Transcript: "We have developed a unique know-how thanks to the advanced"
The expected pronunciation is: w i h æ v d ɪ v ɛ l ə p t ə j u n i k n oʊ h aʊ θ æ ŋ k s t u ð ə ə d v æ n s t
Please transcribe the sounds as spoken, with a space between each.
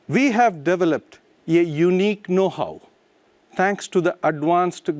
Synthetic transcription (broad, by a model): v i h æ v d ɪ v ɛ l ə p t ə j u n i k n oʊ h aʊ t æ ŋ k s t u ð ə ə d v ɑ n s t